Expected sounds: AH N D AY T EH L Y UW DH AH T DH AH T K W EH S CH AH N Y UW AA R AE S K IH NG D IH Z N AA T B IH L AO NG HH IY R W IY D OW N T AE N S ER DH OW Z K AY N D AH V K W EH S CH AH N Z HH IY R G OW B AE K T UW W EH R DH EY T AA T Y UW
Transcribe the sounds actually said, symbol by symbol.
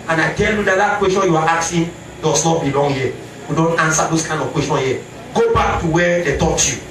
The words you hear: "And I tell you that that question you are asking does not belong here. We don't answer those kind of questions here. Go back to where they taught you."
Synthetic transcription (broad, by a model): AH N AY T EH L Y UW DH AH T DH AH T K W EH S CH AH N Y UW AA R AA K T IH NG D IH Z N AA T B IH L AO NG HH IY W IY D OW N T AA N S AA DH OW S K AY N D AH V K W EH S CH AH N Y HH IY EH G OW B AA K T UW W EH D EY T AA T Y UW